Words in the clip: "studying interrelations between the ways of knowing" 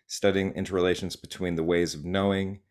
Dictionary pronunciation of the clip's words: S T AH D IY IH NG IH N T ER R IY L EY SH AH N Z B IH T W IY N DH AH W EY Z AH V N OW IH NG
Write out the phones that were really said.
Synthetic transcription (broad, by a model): S T AH D IY IH NG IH N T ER R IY L EY SH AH N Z B IH T W IY N DH AH W EY Z AH V N OW IH NG